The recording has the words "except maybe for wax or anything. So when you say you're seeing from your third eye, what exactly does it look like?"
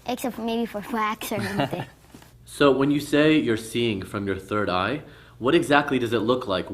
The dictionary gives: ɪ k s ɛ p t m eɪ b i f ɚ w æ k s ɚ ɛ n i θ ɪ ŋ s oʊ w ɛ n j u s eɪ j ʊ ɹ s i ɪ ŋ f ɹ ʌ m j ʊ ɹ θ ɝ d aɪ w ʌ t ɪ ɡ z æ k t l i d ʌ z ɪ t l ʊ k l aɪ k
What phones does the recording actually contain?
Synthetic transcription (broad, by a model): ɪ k s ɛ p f m eɪ b i f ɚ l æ k s ɚ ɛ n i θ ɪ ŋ s oʊ w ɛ n j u s eɪ j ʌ ɹ s i ɪ ŋ f ɹ ʌ m j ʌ ɹ θ ɝ d aɪ w ʌ t ɪ ɡ z æ k t l i d ʌ z ɪ t l ʊ k l aɪ k